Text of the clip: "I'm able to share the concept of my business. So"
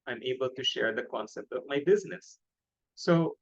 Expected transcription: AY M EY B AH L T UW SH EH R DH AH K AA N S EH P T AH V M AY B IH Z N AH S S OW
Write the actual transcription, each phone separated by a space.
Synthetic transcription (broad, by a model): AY M EY B AH L T UW SH EH R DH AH K AA N S EH P T AH V M AY B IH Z N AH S S OW